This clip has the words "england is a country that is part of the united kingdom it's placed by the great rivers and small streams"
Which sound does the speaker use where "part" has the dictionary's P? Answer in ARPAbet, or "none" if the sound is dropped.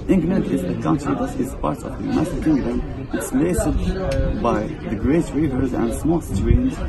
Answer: P